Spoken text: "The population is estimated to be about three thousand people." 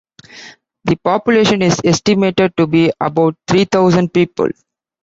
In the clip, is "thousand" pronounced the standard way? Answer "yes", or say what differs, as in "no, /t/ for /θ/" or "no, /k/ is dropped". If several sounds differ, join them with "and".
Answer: no, /t/ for /θ/